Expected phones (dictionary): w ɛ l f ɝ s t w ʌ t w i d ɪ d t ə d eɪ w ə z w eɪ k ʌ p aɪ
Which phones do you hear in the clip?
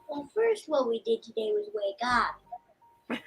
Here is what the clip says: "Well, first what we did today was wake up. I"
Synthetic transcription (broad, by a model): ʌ f ɝ s t w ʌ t w i d ɪ d t ə d eɪ w ə z w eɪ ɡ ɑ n